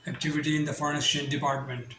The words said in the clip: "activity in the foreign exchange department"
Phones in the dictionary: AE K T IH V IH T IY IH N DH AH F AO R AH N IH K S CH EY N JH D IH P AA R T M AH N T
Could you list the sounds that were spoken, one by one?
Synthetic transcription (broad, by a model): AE K T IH V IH T IY IH N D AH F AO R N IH S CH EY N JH D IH P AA R T M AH N T